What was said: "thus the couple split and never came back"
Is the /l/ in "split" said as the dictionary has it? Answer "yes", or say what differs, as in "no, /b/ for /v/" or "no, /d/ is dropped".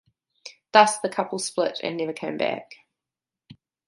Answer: yes